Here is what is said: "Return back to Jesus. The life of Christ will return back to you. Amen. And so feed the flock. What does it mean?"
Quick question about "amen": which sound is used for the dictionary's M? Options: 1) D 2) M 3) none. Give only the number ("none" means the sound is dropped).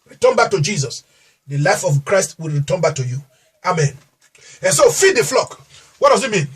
2